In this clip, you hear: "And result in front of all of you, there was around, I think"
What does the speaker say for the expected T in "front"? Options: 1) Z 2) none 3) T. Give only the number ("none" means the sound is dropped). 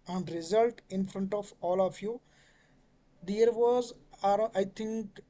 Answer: 3